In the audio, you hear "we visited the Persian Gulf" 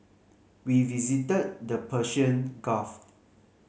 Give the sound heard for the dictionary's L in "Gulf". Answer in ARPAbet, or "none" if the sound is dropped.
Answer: none